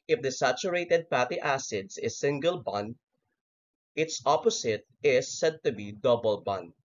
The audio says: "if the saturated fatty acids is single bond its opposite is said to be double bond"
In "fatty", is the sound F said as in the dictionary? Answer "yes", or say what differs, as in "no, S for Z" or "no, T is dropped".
no, P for F